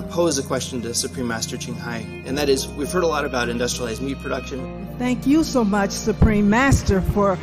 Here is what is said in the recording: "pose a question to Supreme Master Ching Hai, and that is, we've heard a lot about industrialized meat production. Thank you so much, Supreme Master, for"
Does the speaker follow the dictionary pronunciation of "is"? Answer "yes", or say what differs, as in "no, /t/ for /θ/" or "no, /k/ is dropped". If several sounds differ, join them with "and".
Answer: yes